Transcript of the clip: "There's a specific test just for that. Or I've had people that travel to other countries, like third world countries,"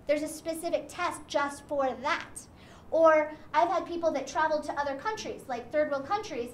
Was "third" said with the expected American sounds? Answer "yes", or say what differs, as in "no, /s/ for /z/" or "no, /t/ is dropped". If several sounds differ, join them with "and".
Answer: yes